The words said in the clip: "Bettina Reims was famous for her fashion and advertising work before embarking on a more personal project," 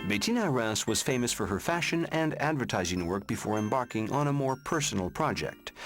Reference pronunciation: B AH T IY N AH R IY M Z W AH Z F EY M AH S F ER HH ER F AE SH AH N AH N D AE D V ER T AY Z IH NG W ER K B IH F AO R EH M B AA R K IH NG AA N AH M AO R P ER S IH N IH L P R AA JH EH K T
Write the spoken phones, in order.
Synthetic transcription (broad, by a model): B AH T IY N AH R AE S W AH Z F EY M AH S F ER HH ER F AE SH AH N AH N D AE D V ER T AY Z IH NG W ER K B IH F AO R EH M B AA R K IH NG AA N AH M AO R P ER S N L P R AA JH EH K T